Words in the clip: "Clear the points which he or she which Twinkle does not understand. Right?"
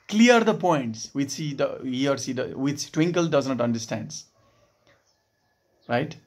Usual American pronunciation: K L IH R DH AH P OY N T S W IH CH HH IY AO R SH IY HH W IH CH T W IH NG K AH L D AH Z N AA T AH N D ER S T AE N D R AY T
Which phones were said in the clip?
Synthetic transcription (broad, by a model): K L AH R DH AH P OY N T S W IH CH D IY AO R S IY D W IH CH T W IH NG K AH L D AH Z N AA T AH N D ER S T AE N D R AY T